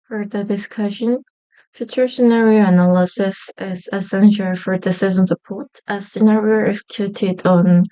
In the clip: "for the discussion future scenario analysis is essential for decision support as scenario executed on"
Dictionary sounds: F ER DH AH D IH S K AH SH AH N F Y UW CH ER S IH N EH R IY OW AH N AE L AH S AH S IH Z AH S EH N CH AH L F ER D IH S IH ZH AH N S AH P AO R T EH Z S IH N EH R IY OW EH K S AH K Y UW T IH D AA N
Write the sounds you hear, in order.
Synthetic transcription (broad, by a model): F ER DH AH D IH S K AH SH AH N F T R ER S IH N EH R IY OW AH N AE L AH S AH S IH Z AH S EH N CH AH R F ER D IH S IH Z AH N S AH P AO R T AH S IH N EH R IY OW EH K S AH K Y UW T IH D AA N